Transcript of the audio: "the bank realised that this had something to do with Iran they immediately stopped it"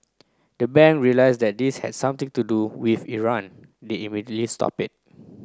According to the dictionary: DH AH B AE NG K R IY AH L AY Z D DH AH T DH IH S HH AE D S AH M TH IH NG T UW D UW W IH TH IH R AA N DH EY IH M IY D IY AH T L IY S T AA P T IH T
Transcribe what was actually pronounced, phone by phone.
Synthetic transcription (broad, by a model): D AH B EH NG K R IY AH L AY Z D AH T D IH S HH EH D S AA M T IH NG T UW D UW W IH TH IH R AA N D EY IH M IY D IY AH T L IY S T AA P IH T